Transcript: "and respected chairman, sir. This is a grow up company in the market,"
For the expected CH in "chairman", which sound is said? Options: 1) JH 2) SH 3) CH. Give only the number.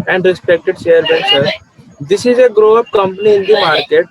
2